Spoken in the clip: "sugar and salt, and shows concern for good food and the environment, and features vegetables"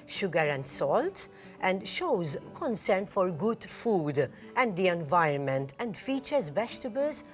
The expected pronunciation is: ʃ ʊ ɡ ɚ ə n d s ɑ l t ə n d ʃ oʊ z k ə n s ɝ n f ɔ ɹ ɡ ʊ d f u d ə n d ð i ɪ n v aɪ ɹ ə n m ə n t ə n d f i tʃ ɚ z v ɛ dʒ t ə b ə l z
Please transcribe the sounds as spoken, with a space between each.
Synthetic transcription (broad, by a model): ʃ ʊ ɡ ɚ ə n d s ɑ l t ə n d ʃ oʊ z k ə n s ɝ n f ɔ ɹ ɡ ʊ d f u d ə n d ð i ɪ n v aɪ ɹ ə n m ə n t ə n d f i tʃ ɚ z v ɛ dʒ t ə b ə l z